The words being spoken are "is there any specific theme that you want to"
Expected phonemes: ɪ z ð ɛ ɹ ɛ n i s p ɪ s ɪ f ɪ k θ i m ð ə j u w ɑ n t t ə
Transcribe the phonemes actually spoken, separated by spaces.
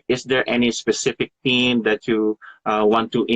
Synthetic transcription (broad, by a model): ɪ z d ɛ ɹ ɛ n i s p ɪ s ɪ f ɪ k t i m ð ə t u w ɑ n t t